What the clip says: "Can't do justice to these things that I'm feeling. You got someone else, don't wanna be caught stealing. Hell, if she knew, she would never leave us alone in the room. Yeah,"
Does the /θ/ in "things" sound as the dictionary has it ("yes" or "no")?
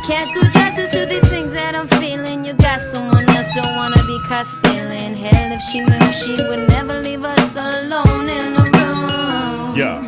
yes